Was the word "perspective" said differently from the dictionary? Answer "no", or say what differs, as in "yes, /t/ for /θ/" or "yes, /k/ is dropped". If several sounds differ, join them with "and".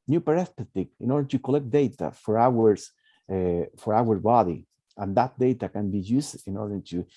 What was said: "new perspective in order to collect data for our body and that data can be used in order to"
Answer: yes, /k/ is dropped